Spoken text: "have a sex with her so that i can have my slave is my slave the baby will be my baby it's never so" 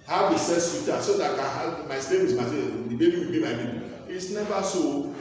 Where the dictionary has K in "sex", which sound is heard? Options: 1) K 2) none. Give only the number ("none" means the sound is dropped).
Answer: 2